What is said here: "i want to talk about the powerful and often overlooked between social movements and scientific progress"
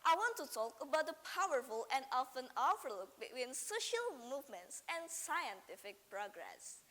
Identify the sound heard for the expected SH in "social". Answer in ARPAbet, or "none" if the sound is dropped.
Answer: SH